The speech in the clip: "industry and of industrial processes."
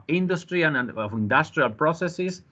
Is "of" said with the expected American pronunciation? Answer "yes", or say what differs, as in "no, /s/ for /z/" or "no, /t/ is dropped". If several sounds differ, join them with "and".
no, /f/ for /v/